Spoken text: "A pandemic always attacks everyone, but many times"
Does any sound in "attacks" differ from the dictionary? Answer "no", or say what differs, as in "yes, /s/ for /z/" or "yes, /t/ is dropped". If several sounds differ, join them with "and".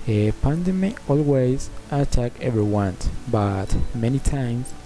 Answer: yes, /s/ is dropped